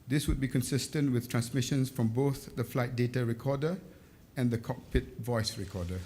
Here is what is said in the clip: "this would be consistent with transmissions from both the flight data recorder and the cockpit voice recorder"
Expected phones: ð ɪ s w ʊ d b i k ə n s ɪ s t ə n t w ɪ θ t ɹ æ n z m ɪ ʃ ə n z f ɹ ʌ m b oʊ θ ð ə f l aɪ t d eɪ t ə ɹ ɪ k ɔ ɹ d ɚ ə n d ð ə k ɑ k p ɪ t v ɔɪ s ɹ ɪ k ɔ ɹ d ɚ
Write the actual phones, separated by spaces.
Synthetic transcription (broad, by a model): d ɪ s w ʊ d b i k ə n s ɪ s t ə n t w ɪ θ t ɹ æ n s m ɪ ʃ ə n s f ɹ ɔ m b oʊ θ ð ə f l aɪ t d eɪ t ə ɹ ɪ k ɔ d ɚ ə n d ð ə k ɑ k p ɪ t v ɔɪ s ɹ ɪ k ɔ d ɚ